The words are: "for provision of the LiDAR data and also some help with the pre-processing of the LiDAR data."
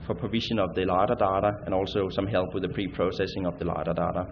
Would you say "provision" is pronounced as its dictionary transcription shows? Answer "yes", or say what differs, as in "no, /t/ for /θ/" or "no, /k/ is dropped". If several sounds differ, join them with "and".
no, /ʃ/ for /ʒ/